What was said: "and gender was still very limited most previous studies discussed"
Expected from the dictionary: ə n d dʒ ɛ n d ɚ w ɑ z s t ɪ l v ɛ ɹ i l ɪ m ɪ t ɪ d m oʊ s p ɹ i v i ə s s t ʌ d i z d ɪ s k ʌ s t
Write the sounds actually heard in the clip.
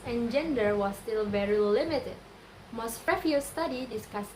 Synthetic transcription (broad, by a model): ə n dʒ ɛ n d ɚ w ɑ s t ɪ l v ɛ ɹ i l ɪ m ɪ t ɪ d m oʊ s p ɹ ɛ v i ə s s t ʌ d i d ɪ s k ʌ s